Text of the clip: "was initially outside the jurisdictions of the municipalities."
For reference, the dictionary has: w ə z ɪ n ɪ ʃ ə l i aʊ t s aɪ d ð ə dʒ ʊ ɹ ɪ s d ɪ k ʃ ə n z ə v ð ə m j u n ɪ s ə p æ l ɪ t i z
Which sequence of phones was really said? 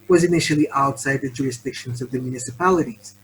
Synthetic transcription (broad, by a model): w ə z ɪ n ɪ ʃ l i aʊ t s aɪ d ð ə dʒ ʊ ɹ ɪ s d ɪ k ʃ ə n z ə v ð ə m j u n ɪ s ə p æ l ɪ t i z